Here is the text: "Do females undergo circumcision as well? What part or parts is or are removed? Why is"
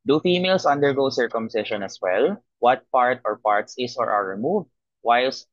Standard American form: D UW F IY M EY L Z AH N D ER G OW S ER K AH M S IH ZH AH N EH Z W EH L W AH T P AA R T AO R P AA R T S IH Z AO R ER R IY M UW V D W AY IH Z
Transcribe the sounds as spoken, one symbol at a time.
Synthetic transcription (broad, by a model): D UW F IY M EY L S AH N D ER G OW S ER K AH M S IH SH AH N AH S W EH L W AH T P AA R T AO R P AA R T S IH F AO R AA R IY M UW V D W AY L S